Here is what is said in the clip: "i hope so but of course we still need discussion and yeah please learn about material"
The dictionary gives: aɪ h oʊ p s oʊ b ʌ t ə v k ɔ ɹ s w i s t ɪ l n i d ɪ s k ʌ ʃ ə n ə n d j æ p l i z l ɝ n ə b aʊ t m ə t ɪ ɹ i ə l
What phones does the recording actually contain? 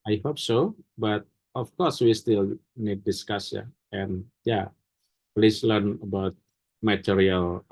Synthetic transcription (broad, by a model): aɪ h oʊ p s oʊ b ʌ t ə f k ɔ ɹ s w i s t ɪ l n i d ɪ s k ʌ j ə ə n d j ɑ p l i s l ɝ n ə b aʊ t m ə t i ɹ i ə l